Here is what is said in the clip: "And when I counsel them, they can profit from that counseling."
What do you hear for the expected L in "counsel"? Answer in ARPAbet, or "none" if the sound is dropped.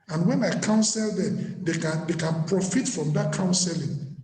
L